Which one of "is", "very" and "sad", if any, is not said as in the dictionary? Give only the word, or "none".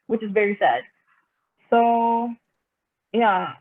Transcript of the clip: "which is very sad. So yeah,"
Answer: none